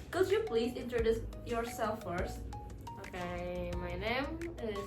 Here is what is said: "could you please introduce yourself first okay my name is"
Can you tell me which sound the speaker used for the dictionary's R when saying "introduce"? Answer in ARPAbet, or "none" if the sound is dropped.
R